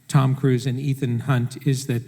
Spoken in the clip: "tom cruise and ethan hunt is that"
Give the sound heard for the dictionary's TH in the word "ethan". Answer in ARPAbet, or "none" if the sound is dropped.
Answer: TH